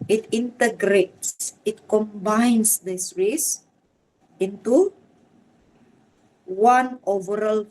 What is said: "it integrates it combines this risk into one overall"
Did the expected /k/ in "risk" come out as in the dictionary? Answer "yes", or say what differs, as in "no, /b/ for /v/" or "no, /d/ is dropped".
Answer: no, /k/ is dropped